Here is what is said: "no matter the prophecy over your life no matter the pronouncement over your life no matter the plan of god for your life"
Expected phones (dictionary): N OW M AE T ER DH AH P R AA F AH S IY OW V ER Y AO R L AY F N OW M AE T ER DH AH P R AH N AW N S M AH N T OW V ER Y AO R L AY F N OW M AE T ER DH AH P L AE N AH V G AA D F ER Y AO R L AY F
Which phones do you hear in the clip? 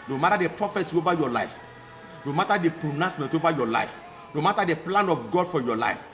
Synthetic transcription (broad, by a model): N OW M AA T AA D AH P R AA F AH S IY OW V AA Y AO L AY F N OW M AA T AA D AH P AH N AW S M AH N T OW V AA Y AO L AY F N OW M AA T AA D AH P L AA N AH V G AA D F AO Y AO L AY F